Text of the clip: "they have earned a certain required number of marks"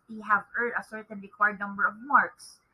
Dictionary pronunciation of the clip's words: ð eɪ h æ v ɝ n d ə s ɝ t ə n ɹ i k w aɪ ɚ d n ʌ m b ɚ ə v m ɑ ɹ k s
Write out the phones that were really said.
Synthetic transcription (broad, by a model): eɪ h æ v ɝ d ə s ɝ t ə n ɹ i k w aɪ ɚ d n ʌ m b ɚ ə v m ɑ ɹ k s